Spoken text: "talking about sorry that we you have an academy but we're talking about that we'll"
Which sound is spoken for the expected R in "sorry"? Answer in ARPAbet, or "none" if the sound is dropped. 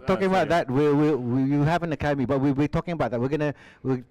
W